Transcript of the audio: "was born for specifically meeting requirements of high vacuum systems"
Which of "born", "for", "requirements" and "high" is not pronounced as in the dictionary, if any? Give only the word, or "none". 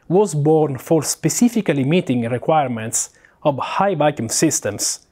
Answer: none